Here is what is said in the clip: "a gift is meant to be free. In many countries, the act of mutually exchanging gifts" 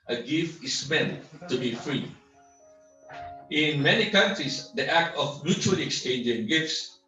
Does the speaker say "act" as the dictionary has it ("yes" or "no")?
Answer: yes